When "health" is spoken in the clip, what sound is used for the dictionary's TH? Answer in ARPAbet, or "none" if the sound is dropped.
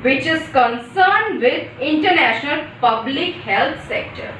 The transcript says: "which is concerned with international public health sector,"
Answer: T